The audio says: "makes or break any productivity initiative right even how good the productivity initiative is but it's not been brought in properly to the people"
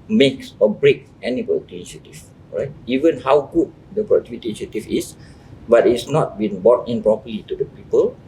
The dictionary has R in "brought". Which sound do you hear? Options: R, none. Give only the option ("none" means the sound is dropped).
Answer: none